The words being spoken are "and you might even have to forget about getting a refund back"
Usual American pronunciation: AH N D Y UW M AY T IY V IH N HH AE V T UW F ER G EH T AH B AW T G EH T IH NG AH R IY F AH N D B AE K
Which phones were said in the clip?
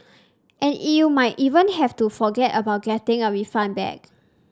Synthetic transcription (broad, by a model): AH N Y UW M AY T IY V IH N HH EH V T UW F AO G EH T AH B AW T G EH T IH NG AH W IY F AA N B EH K